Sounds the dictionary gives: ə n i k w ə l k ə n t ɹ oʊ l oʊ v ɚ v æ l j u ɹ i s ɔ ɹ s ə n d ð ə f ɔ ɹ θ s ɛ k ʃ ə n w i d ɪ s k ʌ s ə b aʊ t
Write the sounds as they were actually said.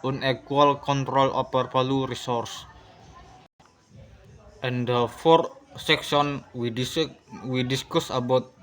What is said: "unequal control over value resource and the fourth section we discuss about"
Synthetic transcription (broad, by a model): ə n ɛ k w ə l k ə n t ɹ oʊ l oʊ p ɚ p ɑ l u ɹ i s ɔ ɹ s ə n d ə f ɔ ɹ t s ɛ k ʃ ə n w i d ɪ s k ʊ s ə b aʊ t